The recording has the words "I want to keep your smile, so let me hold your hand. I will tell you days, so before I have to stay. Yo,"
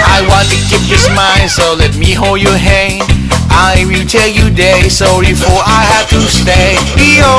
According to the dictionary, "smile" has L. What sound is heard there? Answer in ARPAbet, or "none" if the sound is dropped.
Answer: N